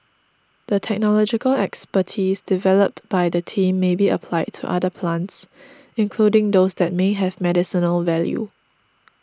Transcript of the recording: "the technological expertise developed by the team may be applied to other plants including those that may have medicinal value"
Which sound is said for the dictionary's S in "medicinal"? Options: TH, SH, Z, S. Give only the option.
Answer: S